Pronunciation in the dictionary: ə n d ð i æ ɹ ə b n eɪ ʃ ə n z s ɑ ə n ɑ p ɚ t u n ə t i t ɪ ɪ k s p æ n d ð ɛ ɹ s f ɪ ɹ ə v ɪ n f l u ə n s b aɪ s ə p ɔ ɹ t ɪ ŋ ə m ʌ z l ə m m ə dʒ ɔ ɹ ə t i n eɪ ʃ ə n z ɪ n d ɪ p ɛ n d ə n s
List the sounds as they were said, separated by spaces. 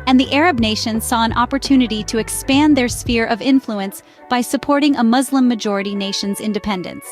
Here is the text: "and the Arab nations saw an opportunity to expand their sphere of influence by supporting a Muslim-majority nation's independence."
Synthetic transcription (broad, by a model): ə n ð i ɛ ɹ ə b n eɪ ʃ ə n z s ɑ ə n ɑ p ɚ t u n ə t i t ɪ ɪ k s p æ n ð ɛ ɹ s f ɪ ɹ ə v ɪ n f l u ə n s b aɪ s ə p ɔ ɹ t ɪ ŋ ə m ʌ z l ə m m ə dʒ ɔ ɹ ə t i n eɪ ʃ ə n z ɪ n d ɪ p ɛ n d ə n s